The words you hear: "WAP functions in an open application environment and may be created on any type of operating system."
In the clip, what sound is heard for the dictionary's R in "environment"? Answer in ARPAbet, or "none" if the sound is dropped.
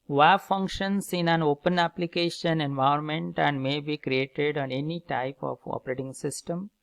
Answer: none